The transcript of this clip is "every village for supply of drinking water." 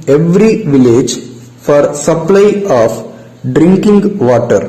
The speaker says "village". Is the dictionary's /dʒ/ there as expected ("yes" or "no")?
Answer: yes